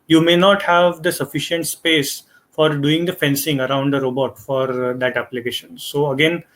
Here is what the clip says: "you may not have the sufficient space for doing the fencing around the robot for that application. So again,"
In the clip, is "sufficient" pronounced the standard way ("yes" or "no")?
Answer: yes